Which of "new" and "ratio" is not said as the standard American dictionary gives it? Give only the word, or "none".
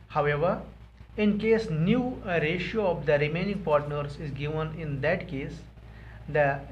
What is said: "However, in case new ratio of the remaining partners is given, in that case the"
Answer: none